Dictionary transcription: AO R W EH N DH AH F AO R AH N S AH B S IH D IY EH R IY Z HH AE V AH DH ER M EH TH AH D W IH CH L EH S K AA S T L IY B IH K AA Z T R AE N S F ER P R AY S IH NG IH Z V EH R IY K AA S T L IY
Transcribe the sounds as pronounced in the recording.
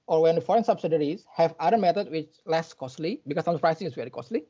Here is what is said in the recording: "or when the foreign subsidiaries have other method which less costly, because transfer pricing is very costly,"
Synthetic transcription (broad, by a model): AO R W EH N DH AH F AO R AH N S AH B S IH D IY R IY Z HH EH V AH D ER M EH T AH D W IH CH L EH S K AA S T L IY B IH K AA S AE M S ER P R AY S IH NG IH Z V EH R IY K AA S T L IY